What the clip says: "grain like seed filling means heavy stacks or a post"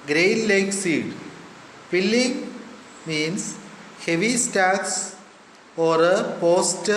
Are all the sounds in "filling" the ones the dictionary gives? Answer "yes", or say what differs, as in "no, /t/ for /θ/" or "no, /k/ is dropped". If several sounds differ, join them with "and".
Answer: no, /p/ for /f/